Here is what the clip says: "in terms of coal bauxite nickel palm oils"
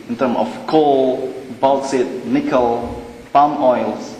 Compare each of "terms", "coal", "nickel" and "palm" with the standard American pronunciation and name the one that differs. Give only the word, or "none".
terms